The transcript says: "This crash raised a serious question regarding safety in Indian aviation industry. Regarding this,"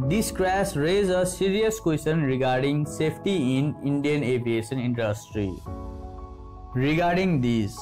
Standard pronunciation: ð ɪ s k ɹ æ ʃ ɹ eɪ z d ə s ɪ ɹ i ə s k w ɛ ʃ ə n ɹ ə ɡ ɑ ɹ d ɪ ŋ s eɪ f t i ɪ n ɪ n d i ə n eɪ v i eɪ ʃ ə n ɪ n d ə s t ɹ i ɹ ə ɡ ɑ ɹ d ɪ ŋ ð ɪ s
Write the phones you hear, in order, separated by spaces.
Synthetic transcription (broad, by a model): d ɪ s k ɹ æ s ɹ eɪ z ə s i ɹ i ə s k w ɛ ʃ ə n ɹ ə ɡ ɑ ɹ d ɪ ŋ s eɪ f t i ɪ n ɪ n d i ə n eɪ v i eɪ ʃ ə n ɪ n d ə s t ɹ i ɹ ə ɡ ɑ ɹ d ɪ ŋ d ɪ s